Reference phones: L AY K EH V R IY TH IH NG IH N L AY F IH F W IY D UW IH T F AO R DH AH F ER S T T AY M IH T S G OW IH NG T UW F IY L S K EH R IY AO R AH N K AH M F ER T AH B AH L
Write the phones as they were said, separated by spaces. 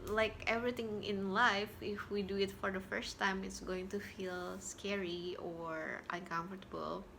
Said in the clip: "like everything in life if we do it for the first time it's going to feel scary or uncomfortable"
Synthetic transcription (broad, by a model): L AY K EH V R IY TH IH NG IH N L AY F IH F W IY D UW IH T F AO R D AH F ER S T T AY M IH T S G OW IH NG T UW F IY L S K EH R IY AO R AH N K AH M F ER T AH B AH L